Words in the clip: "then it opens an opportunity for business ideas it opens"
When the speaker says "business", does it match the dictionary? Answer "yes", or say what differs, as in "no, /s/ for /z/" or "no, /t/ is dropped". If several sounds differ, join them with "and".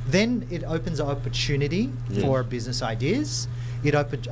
yes